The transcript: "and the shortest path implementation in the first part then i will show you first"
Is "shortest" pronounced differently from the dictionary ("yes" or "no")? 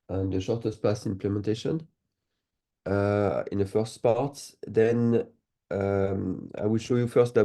no